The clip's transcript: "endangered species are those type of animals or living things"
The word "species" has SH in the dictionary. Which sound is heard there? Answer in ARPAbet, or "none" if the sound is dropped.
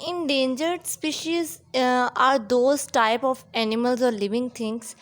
SH